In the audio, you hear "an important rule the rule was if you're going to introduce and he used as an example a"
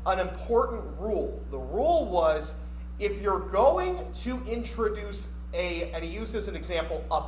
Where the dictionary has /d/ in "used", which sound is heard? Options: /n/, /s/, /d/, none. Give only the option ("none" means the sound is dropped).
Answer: none